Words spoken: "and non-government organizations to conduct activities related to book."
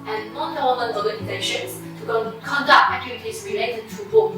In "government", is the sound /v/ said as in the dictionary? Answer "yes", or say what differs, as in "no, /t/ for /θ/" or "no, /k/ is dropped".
no, /v/ is dropped